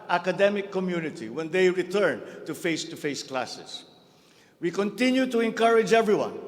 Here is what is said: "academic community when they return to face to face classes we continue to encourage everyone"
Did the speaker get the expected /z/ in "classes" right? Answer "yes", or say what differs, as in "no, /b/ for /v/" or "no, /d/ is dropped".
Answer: no, /s/ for /z/